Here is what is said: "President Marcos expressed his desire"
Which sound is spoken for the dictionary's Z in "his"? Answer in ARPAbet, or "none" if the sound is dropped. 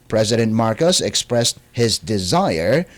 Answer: Z